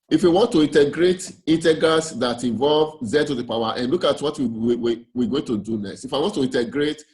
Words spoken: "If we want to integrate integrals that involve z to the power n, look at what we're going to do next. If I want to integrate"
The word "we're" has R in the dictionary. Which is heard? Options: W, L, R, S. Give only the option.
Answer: W